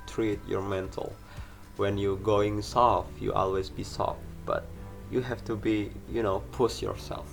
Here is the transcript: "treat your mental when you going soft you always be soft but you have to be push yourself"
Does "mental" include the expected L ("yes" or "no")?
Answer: yes